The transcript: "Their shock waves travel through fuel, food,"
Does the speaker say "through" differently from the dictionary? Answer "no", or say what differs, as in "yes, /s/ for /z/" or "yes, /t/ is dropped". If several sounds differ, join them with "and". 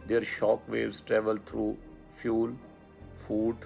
yes, /t/ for /θ/